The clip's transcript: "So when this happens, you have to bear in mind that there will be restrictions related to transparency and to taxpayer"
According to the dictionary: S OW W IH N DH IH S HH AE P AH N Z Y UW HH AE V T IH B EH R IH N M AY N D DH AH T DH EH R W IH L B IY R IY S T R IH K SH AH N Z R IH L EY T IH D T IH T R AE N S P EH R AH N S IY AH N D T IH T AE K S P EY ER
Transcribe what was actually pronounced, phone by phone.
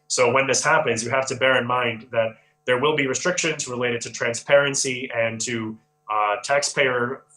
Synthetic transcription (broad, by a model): S OW W IH N DH IH S HH AE P AH N Z Y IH HH AE F T IH B EH R IH N M AY N DH AH T DH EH R W IH L B IY R IY S T R IH K SH AH N Z R IH L EY T IH D T IH T R AE N S P EH R AH N S IY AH N T IH T AE K S P EY ER